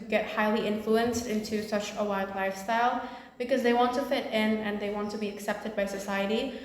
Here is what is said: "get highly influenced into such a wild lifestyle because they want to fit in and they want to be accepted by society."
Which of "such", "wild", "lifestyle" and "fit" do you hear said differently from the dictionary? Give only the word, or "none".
wild